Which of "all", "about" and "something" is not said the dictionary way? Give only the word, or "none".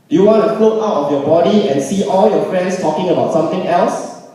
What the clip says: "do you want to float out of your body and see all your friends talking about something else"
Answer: something